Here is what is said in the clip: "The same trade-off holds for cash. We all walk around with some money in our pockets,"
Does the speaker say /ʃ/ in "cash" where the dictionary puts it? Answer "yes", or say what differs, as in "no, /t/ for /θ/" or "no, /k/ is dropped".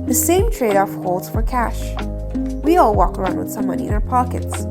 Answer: yes